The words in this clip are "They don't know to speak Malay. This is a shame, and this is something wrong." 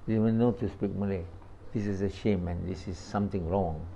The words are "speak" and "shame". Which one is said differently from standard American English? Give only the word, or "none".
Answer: none